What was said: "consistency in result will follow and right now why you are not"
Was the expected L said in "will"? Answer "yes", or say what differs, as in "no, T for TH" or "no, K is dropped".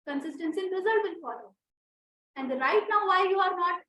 no, N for L